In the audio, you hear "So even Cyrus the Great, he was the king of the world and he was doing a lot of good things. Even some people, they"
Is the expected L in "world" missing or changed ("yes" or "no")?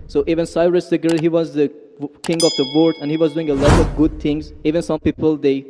yes